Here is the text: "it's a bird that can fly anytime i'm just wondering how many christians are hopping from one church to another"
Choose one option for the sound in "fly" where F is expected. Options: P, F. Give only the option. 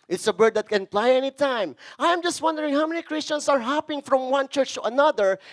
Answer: P